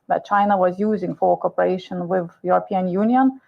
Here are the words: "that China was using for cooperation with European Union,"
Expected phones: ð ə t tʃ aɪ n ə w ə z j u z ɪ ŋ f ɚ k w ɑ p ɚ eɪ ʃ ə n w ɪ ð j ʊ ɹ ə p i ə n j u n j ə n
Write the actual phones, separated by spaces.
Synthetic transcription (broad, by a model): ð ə t tʃ aɪ n ə w ə z j u z ɪ ŋ f ɚ k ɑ p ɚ eɪ ʃ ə n w ɪ ð j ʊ ɹ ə p i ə n j u n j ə n